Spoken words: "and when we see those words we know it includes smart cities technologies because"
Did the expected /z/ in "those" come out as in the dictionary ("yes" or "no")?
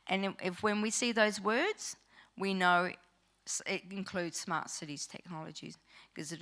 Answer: yes